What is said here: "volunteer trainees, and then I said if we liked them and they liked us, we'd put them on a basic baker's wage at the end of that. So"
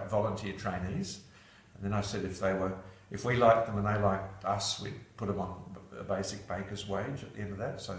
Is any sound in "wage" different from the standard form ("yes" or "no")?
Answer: no